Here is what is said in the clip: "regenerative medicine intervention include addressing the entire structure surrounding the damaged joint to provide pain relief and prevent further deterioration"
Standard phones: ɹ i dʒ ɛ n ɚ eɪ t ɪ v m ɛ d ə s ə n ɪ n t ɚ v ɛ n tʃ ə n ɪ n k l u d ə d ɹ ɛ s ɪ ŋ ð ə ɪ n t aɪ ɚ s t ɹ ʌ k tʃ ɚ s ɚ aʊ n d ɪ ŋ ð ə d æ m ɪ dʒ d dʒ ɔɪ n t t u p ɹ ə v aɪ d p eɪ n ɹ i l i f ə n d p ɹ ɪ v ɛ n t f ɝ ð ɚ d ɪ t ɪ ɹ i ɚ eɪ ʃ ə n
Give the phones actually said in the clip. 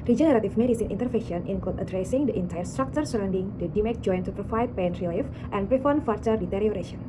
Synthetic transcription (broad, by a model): ɹ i dʒ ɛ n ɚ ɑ t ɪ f m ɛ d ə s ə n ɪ n t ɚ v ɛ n ʃ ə n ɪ n k ɔ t ə d ɹ ɛ s ɪ ŋ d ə ɪ n t aɪ ɚ s t ɹ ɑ k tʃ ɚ s ɚ aʊ n d ɪ ŋ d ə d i m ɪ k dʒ ɔɪ n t t u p ɹ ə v aɪ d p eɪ n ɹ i l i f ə n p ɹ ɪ f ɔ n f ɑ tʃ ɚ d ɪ t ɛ ɹ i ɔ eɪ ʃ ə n